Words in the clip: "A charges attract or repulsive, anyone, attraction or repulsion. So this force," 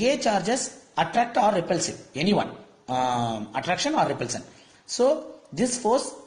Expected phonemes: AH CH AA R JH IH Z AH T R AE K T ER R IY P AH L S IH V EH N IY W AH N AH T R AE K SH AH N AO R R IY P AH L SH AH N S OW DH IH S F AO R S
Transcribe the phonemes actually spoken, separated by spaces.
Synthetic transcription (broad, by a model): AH CH AA R JH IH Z AH T R AE K T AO R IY P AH L S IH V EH N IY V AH N AH T R AE K SH AH N AO R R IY P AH L S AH N S OW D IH S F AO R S